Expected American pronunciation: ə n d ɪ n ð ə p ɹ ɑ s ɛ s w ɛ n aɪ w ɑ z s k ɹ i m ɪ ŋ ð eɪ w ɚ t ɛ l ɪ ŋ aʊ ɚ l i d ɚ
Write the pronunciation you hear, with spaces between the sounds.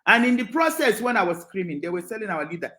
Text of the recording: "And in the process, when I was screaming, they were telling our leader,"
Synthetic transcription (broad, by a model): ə n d ɪ n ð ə p ɹ ɑ s ɛ s w ɛ n aɪ w ɑ z s k ɹ i m ɪ ŋ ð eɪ w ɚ s ɛ l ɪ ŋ aʊ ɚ l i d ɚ